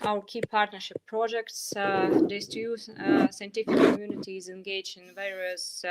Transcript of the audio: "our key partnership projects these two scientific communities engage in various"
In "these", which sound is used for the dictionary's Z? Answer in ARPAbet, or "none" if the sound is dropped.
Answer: S